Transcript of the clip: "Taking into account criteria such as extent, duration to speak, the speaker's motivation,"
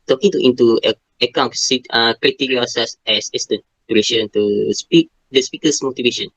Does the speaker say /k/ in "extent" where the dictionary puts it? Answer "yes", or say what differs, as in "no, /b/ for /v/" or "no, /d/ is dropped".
no, /k/ is dropped